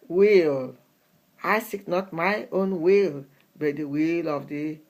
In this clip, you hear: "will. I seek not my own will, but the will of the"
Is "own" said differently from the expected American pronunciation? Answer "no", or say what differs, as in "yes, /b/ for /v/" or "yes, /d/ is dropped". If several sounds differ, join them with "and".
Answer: no